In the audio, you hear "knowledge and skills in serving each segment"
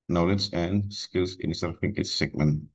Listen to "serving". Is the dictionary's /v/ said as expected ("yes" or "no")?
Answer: no